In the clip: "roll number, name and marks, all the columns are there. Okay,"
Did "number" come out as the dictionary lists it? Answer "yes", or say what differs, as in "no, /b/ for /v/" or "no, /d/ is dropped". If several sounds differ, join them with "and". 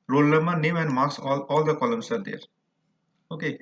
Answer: no, /l/ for /n/ and /b/ is dropped